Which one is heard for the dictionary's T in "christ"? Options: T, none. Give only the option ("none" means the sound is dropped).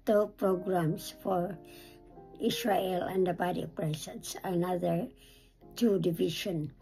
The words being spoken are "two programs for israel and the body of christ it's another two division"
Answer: none